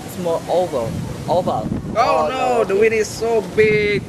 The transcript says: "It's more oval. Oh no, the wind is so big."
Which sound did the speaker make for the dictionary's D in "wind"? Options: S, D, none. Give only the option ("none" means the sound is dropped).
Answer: none